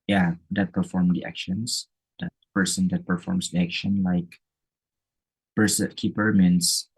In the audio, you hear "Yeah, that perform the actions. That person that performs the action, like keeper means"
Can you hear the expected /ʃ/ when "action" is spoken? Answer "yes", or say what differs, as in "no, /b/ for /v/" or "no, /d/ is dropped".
yes